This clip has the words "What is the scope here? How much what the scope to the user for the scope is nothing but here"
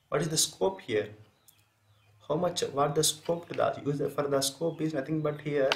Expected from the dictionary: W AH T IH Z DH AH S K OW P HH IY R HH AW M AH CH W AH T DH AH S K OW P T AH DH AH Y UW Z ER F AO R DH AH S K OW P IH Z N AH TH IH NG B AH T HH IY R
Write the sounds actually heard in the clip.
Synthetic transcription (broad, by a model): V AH T IH Z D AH S K OW P HH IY R HH AW M AH CH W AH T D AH S K OW P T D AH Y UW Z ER F AO R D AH S K OW P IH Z N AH T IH NG B AH T HH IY R